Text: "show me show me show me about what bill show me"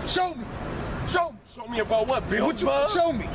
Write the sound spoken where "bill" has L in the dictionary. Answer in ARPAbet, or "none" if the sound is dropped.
W